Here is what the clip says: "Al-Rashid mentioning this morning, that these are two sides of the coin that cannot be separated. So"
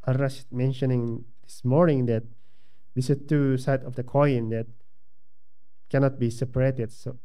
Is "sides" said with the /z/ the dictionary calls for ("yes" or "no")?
no